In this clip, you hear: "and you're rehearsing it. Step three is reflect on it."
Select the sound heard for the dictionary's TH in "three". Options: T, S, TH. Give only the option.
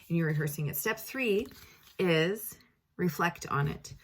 TH